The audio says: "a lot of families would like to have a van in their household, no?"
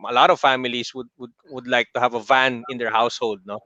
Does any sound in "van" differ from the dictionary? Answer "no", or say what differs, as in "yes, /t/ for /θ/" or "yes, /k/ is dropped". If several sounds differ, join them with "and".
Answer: no